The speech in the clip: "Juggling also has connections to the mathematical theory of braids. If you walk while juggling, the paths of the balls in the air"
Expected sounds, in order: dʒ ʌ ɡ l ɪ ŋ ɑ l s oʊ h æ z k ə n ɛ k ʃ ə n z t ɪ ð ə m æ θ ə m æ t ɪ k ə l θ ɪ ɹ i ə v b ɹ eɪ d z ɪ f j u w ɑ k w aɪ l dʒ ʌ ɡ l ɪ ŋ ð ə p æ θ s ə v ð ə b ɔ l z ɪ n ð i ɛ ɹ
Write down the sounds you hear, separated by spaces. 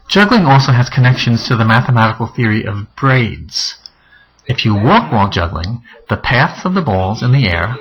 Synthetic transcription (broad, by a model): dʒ ʌ ɡ l ɪ ŋ ɑ l s oʊ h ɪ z k ə n ɛ k ʃ ə n z t ɪ ð ə m æ θ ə m æ t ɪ k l θ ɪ ɹ i ə v b ɹ eɪ d z ɪ f j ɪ w ɑ k w aɪ l dʒ ʌ ɡ l ɪ ŋ ð ə p æ θ s ə v ð ə b ɔ l z ɪ n ð i ɛ ɹ